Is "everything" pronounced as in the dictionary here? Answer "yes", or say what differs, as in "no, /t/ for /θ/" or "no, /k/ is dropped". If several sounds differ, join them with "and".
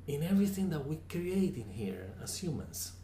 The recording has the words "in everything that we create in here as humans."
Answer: yes